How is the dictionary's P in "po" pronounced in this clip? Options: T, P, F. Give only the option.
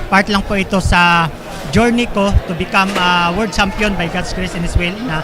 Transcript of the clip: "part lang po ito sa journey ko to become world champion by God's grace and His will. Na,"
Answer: P